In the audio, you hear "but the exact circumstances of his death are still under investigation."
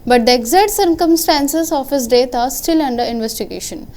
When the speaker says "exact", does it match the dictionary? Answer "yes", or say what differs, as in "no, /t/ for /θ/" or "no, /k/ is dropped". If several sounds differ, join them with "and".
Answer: no, /k/ is dropped